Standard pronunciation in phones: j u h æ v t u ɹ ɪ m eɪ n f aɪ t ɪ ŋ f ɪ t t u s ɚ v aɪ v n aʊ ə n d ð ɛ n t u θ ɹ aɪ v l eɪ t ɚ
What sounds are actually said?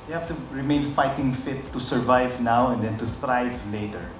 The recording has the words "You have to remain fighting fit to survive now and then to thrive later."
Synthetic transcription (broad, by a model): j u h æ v t u ɹ ɪ m eɪ n f aɪ t ɪ ŋ f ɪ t t u s ɚ v aɪ v n aʊ ə n d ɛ n t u t ɹ aɪ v l eɪ t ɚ